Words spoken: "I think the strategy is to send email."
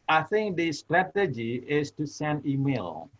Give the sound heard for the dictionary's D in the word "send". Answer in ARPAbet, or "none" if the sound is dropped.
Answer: none